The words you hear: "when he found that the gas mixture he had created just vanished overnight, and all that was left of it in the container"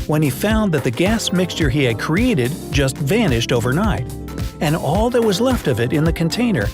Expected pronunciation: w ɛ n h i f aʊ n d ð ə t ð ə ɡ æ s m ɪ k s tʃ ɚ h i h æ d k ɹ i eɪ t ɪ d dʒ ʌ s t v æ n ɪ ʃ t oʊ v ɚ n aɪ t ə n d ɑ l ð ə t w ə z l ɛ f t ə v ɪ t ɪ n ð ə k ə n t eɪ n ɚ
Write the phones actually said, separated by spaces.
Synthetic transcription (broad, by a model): w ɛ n i f aʊ n ð ə t ð ə ɡ æ s m ɪ k s tʃ ɚ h i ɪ d k ɹ i eɪ t ɪ d dʒ ʌ s t v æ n ɪ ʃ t oʊ v ɚ n aɪ t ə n ɑ l ð ə t w ə z l ɛ f t ə v ɪ t ɪ n ð ə k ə n t eɪ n ɚ